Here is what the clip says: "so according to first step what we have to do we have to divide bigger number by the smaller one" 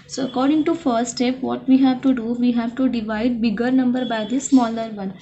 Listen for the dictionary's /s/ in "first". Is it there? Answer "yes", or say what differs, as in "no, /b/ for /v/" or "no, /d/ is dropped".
no, /s/ is dropped